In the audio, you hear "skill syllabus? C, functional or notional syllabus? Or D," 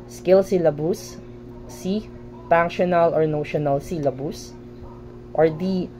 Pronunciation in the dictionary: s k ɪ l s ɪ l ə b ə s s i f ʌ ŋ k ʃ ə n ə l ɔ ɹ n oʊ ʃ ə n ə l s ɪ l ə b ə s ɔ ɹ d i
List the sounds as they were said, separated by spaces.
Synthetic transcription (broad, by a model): s k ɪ l s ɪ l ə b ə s s i p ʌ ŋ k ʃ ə n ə l ɔ ɹ n oʊ ʃ ə n ə l s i l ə b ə s ɔ ɹ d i